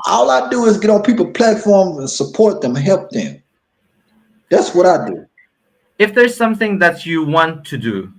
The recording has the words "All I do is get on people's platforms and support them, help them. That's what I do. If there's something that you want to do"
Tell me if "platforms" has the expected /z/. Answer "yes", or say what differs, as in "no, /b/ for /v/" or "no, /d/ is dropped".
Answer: yes